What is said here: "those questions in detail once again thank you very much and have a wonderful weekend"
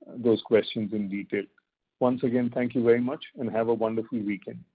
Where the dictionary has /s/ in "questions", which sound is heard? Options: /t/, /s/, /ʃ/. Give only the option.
/s/